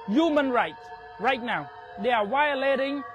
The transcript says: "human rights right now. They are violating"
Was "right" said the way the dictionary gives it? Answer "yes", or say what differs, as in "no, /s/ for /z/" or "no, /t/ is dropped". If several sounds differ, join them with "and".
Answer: yes